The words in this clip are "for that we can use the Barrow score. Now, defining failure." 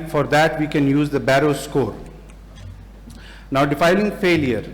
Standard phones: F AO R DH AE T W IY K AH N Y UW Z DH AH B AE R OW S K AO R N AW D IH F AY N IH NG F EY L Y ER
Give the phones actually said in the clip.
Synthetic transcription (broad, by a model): F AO R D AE T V IY K AH N Y UW Z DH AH B AE R OW S K AO R N AW D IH F AY L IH NG F EY L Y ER